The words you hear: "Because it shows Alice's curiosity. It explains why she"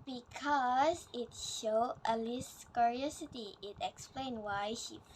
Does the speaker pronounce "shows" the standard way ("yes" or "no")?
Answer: no